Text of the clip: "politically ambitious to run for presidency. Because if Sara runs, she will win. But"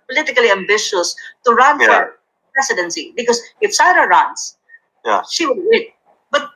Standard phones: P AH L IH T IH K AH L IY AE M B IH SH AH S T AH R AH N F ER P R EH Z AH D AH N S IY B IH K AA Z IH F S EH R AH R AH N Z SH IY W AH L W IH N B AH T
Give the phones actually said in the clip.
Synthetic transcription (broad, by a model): P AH L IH T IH K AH L IY AE M B IH SH AH S T AH R AH N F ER P R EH S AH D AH N S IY B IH K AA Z IH F S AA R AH R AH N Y SH IY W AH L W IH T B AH T